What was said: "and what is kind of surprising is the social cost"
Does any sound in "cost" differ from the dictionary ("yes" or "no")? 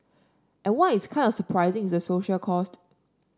no